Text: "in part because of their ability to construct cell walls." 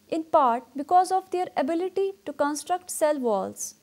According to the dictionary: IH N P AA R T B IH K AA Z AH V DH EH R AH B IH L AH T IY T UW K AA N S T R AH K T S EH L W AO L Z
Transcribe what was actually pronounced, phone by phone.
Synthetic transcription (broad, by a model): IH N P AA R T B IH K AA Z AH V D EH R AH B IH L AH T IY T UW K AA N S T R AH K T S EH L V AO L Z